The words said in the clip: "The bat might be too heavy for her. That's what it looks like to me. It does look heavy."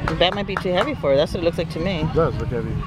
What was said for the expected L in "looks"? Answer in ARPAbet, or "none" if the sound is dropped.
L